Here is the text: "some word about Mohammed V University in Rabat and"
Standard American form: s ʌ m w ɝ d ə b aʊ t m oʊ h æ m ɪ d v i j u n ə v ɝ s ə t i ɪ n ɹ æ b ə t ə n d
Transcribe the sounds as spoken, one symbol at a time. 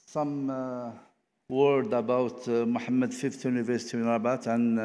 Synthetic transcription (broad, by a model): s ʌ m w ɝ d ə b aʊ t m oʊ h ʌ m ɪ d f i j u n ə v ɝ s ə t i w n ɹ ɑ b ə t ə n